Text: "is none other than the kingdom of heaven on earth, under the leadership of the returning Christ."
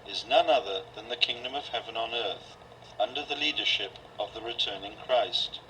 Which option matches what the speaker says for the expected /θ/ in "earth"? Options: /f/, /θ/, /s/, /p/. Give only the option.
/θ/